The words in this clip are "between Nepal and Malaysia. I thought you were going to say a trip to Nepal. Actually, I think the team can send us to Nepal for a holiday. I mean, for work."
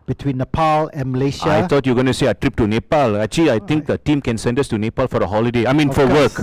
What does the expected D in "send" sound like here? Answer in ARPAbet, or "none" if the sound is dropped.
D